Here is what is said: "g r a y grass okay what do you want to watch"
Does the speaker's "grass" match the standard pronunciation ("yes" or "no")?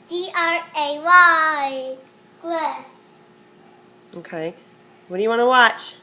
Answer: no